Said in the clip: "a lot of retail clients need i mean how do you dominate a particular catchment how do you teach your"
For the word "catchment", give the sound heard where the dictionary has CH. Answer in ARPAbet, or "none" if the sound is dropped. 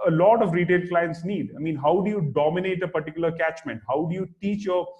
CH